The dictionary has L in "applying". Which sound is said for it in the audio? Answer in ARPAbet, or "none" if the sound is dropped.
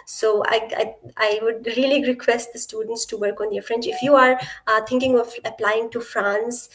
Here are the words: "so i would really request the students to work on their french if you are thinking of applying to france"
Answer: L